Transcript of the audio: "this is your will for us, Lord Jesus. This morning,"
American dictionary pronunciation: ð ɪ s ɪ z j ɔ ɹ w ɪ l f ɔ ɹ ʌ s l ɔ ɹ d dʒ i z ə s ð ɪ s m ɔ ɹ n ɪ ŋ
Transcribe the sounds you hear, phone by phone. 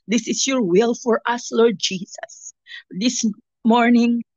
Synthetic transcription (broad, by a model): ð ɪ s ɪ s j ɔ ɹ w ɪ l f ɔ ɹ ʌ s l ɔ ɹ d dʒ i s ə s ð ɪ s m ɔ ɹ n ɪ ŋ